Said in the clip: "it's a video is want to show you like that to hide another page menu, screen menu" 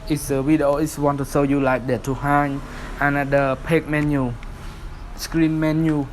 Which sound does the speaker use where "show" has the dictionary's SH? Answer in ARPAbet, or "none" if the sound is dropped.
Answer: S